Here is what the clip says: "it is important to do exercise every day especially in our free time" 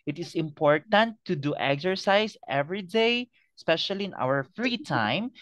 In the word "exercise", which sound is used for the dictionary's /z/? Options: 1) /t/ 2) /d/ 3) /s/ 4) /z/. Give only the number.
3